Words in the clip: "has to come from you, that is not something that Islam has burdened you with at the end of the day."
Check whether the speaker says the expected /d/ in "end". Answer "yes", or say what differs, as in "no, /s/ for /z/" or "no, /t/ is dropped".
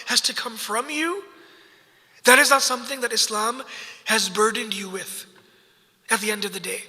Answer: yes